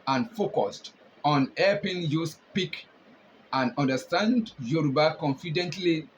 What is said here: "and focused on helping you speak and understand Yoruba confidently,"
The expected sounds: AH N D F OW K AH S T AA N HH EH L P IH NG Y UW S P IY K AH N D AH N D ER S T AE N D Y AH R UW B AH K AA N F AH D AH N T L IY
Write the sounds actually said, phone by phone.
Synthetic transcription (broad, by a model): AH N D F OW K AH S T AA N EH P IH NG Y UW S P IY K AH N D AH N D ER S T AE N D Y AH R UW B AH K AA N F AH D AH N T L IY